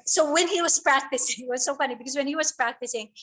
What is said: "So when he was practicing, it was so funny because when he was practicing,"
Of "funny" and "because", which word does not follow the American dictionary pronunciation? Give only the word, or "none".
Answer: none